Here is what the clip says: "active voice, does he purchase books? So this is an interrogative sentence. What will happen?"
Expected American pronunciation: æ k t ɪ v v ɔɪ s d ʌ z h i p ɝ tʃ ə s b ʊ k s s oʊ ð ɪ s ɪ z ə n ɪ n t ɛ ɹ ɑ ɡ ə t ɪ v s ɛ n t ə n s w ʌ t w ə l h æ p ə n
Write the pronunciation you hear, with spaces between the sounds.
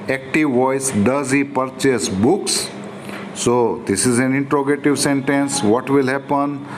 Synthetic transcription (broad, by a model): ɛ k t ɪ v v ɔɪ s d ʌ z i p ɝ tʃ ə s b ʊ k s s oʊ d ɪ s ɪ z ə n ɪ n t ɹ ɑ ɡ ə t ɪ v s ɛ n t ə n s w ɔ t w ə l h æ p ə n